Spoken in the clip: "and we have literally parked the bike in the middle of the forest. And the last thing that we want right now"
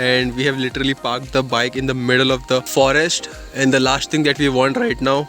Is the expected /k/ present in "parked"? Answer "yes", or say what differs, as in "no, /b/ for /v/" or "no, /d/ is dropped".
yes